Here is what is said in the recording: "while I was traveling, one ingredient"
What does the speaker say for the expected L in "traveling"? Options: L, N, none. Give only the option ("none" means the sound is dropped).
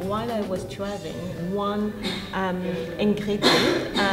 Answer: none